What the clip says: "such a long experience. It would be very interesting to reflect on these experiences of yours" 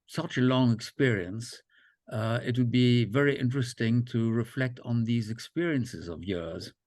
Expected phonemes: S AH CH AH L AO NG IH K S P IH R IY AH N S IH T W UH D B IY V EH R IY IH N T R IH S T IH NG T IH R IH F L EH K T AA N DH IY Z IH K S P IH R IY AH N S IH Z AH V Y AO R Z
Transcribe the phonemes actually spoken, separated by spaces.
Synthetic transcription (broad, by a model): S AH CH AH L AO NG IH K S P IH R IY AH N S IH T W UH D B IY V EH R IY IH N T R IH S T IH NG T IH R IH F L EH K T N DH IY Z IH K S P IH R IY AH N S IH Z AH V Y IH R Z